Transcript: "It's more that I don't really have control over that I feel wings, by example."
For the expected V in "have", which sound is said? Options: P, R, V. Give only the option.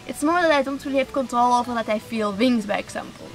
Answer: P